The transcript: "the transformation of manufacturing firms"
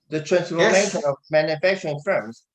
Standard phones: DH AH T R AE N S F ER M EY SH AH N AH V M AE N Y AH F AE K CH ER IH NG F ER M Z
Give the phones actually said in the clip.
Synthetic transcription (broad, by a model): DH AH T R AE N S P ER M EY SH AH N AH V M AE N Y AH F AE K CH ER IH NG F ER M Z